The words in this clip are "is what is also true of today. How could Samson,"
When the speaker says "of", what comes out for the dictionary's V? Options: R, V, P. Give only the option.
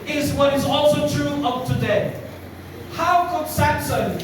P